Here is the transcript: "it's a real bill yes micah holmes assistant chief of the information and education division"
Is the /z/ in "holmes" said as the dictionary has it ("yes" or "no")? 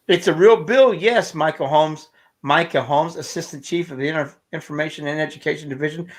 yes